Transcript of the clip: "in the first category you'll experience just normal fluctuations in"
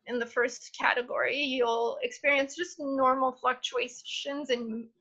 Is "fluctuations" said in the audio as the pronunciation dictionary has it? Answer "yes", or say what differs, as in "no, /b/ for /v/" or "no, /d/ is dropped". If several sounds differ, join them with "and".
yes